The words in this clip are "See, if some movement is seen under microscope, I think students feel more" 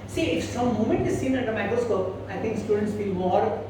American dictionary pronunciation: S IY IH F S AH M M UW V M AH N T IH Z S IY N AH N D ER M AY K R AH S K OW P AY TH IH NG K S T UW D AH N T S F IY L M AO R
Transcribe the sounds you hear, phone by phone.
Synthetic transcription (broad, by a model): S IY IH F S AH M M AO M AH N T IH Z S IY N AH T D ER M AY K R AH S K OW P AY T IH NG K S T UW D AH N T S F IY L M AO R